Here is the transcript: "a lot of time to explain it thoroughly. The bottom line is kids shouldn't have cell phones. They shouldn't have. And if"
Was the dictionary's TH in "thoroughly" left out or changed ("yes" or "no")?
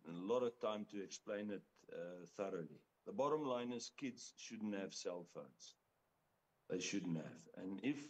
no